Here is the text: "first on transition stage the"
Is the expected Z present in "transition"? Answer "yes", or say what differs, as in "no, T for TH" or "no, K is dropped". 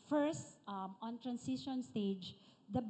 no, S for Z